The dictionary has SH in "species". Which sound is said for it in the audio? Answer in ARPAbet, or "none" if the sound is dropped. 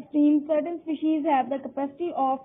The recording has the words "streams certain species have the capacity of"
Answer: SH